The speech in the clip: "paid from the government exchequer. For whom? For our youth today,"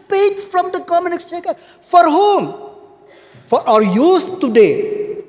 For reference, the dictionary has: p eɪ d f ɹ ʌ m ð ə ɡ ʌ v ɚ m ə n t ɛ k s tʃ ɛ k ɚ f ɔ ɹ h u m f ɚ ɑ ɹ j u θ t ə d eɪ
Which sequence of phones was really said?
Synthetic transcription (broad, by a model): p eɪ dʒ f ɹ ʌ m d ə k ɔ m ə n ɪ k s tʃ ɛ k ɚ f ɔ ɹ h u m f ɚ ɑ ɹ j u s t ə d eɪ